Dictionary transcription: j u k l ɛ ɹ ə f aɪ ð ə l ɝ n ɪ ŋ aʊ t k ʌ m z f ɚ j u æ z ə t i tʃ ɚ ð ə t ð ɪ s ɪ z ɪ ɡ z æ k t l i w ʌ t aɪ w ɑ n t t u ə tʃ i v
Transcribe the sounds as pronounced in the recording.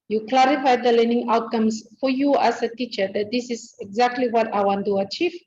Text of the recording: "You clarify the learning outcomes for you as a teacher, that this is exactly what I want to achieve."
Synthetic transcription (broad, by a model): j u k l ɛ ɹ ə f aɪ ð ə l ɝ n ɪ ŋ aʊ t k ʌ m s f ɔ j u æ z ə t i tʃ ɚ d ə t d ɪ s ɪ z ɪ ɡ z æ k t l i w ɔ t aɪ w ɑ n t t u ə tʃ i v